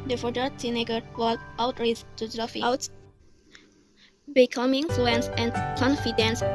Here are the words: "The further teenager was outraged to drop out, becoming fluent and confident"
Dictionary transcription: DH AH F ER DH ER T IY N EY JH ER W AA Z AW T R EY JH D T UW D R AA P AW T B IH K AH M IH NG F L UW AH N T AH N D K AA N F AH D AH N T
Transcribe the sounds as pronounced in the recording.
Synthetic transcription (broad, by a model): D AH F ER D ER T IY N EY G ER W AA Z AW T R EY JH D T UW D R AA F AW T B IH K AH M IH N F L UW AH N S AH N K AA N F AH D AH N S